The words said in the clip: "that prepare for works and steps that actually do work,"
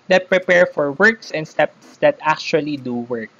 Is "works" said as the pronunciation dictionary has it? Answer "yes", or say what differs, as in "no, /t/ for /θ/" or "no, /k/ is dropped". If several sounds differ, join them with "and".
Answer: yes